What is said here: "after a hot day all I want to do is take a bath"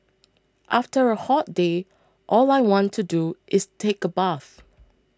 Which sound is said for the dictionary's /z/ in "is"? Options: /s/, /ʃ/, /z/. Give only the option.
/s/